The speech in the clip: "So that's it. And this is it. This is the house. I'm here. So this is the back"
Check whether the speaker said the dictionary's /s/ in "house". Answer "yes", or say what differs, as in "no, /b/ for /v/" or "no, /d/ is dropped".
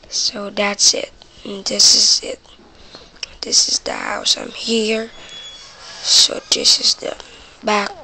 yes